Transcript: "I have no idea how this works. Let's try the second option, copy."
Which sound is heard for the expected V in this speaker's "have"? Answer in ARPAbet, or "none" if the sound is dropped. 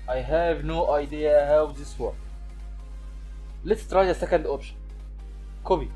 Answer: V